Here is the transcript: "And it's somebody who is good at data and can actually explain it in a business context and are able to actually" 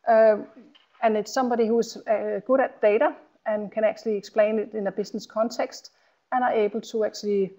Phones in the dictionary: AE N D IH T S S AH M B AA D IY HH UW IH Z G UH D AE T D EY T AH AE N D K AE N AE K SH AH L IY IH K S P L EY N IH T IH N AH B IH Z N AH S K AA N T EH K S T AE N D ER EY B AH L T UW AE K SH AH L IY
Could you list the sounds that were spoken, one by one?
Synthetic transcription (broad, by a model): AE N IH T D S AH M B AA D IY HH UW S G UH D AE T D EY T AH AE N K AE N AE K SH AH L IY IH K S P L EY N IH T IH N AH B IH S N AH S K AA N S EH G S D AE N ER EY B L S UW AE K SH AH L IY